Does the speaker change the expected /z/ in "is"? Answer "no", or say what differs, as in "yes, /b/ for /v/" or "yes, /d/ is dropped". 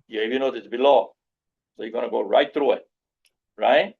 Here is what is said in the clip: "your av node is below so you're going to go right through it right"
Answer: yes, /s/ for /z/